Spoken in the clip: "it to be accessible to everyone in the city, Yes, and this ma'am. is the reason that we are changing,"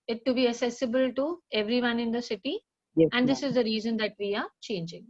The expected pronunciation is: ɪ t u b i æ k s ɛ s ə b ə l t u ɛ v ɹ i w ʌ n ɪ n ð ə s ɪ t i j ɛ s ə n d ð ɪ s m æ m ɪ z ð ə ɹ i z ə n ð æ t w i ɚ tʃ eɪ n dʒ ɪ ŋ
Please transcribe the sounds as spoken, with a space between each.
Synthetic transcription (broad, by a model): ɪ t u b i æ k s ɛ s ə b ə l t u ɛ v ɹ i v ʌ n ɪ n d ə s ɪ t i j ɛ ə n d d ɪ s ɪ z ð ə ɹ i z ə n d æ t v i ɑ tʃ eɪ n dʒ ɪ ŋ